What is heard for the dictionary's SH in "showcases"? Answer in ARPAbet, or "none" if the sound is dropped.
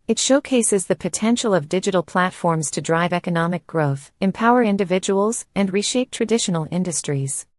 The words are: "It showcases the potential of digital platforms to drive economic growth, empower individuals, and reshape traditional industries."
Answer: SH